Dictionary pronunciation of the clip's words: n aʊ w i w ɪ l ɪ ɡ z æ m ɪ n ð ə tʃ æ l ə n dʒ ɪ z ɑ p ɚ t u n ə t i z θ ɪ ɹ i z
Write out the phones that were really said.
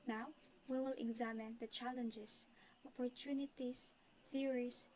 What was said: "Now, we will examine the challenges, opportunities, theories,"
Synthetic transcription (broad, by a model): n aʊ w i w ɪ l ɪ ɡ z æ m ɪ n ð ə tʃ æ l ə n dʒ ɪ s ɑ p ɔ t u n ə t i s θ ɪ ɹ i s